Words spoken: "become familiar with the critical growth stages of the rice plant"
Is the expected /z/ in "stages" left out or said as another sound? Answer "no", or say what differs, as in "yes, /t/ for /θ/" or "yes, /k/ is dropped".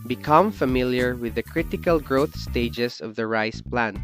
yes, /s/ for /z/